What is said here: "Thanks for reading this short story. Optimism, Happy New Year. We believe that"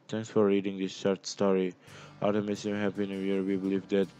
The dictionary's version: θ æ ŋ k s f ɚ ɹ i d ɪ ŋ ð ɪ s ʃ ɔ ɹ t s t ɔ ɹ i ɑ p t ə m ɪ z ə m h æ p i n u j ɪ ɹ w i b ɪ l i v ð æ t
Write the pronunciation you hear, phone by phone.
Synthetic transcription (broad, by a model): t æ ŋ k s f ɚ ɹ i d ɪ ŋ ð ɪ s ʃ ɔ ɹ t s t ɔ ɹ i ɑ t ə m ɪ s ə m h æ p i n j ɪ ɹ w i b ɪ l i v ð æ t